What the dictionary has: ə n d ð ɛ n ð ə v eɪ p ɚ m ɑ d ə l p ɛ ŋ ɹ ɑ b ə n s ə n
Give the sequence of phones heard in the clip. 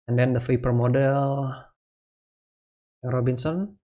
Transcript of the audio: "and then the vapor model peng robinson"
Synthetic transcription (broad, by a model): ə n d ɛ n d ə f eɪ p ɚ m ɑ d ə l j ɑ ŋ ɹ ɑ b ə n s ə n